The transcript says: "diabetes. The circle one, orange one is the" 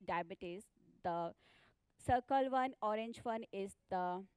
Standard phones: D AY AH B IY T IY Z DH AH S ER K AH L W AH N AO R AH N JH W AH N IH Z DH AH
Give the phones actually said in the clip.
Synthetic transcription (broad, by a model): D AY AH B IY T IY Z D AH S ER K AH L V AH N AO R AH N JH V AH N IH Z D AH